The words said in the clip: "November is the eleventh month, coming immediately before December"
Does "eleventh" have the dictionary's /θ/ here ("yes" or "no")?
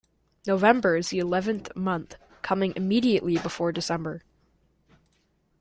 yes